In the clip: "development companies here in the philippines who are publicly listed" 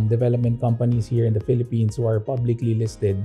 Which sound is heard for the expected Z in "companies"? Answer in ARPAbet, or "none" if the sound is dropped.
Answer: S